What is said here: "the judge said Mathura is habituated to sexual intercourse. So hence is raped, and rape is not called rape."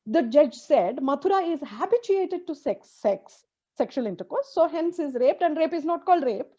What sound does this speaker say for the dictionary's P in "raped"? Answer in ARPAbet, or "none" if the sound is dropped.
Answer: P